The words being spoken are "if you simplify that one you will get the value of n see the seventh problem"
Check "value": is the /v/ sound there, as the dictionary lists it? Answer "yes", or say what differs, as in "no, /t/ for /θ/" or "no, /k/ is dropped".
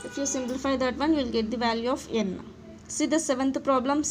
yes